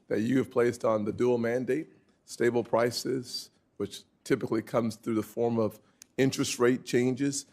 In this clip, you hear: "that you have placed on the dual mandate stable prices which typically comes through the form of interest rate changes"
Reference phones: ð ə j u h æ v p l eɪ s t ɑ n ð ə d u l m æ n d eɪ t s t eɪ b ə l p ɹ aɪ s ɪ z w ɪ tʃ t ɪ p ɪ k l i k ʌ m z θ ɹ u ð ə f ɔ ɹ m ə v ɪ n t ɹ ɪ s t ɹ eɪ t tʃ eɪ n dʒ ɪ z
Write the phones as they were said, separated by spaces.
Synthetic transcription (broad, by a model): ð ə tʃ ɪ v p l eɪ s t n ð ə d u l m æ n d eɪ t s t eɪ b l p ɹ aɪ s ɪ z w ɪ tʃ t ɪ p ɪ k l i k ʌ m z θ ɹ u ð ə f ɔ ɹ m ə v ɪ n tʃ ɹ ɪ s t ɹ eɪ t tʃ eɪ n dʒ ɪ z